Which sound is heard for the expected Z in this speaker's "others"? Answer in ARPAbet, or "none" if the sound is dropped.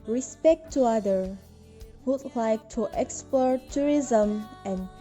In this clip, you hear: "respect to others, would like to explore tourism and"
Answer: none